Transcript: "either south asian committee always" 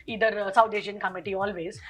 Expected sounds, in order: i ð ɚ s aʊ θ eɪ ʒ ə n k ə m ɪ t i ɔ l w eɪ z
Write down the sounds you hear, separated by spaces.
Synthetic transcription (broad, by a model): i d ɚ s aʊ t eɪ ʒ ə n k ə m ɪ t i ɔ l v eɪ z